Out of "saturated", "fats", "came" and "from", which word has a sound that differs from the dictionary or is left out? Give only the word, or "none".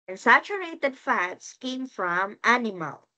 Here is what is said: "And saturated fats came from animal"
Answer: none